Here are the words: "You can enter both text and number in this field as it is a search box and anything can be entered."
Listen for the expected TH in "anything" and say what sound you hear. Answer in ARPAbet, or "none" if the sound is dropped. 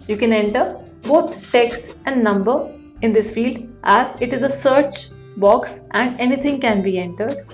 T